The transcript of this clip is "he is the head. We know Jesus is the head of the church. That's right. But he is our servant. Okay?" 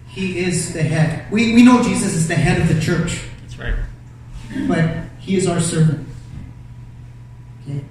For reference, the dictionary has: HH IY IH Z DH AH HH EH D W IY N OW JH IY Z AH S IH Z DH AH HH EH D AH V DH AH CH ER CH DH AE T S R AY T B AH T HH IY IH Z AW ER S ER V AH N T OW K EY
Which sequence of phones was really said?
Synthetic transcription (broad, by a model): HH IY IH Z DH AH HH EH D W IY N OW JH IY Z AH S IH Z DH AH HH EH D AH V DH AH CH ER CH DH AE T S R AY T B AH T HH IY IH Z AW ER S ER V AH N T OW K EY